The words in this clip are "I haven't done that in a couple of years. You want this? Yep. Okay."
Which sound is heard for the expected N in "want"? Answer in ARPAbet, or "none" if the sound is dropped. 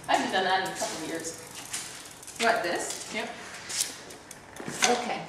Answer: none